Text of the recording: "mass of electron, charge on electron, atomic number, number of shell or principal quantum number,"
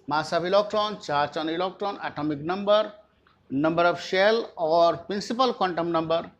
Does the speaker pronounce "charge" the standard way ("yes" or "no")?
no